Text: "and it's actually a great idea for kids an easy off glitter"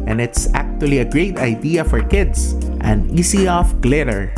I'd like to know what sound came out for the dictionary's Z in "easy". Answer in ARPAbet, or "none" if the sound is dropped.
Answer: S